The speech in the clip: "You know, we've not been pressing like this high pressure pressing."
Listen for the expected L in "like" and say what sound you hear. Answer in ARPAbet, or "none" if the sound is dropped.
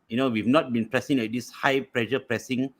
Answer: W